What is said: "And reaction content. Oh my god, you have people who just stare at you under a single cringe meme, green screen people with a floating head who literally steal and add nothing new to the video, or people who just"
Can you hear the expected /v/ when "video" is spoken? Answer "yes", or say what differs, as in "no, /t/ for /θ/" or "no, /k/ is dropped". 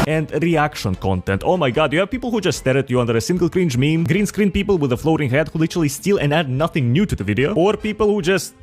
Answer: yes